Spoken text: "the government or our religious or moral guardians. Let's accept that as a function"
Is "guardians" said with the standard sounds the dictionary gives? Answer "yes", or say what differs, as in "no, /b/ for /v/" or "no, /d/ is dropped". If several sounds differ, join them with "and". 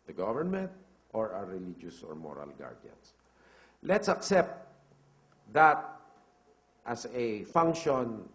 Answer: no, /s/ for /z/